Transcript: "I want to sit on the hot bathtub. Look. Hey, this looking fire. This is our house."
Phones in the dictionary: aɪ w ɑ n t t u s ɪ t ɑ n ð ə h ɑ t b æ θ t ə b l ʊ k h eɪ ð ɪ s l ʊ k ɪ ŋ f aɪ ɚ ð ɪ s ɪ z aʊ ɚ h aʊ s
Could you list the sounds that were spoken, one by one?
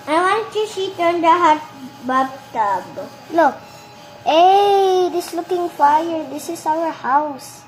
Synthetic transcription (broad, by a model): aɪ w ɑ n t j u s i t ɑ n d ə h ɑ t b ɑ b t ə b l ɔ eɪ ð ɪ s l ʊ k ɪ ŋ f aɪ ɚ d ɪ s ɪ s aʊ ɚ h aʊ s